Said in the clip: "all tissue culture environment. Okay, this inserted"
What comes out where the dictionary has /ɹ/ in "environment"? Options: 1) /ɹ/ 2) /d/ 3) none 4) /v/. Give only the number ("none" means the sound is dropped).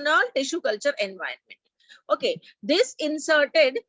3